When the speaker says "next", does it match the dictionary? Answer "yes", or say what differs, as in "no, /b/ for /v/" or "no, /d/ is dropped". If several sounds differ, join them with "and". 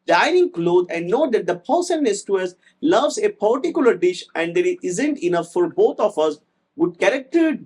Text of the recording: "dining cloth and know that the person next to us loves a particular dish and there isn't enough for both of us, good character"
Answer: no, /k/ is dropped